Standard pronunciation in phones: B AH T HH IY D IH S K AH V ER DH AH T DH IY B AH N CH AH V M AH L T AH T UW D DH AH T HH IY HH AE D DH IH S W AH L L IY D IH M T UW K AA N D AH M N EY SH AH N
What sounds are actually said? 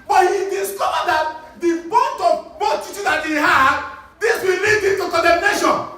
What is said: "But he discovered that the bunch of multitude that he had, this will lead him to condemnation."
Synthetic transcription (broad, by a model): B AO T HH IY D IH S K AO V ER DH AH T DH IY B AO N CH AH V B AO T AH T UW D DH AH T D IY HH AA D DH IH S W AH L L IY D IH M T UW K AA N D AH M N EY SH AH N